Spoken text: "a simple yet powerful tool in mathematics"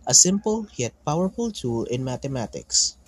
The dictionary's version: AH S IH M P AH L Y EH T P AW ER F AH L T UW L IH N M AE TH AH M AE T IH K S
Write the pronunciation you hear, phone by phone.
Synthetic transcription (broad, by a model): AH S IH M P AH L Y EH T P AW ER F AH L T UW L IH N M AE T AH M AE T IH K S